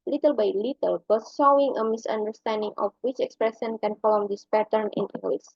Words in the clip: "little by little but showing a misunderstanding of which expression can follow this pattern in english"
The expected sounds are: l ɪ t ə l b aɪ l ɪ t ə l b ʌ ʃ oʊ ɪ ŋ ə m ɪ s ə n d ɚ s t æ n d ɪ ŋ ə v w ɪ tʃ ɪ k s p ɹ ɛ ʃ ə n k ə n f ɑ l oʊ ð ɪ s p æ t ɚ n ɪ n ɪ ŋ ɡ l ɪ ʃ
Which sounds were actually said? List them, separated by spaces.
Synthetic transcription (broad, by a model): l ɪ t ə l b aɪ l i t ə l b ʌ s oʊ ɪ ŋ ə m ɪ s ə n d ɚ s t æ n d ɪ ŋ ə f w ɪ tʃ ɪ k s p ɹ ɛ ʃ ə n k ə n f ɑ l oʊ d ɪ s p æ t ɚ n ɪ n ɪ ŋ ɡ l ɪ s